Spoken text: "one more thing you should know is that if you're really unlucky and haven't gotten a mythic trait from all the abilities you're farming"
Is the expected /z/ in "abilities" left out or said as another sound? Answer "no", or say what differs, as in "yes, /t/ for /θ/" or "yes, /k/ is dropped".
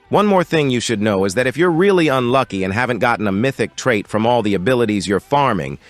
no